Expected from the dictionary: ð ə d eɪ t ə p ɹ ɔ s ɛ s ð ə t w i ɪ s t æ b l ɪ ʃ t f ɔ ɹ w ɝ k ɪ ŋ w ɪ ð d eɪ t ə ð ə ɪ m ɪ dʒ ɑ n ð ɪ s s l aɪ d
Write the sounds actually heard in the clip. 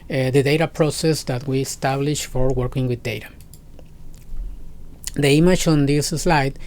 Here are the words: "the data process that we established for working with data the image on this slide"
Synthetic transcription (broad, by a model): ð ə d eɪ t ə p ɹ ɔ s ɛ s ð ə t w i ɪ s t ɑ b l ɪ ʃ f ɔ ɹ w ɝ k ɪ ŋ w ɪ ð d eɪ t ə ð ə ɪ m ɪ tʃ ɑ n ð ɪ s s l aɪ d